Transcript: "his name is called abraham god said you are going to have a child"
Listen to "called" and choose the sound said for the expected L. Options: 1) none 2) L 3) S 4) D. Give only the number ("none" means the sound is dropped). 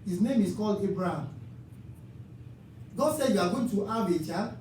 2